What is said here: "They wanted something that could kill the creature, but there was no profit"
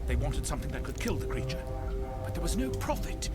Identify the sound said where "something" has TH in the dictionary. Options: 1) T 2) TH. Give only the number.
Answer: 2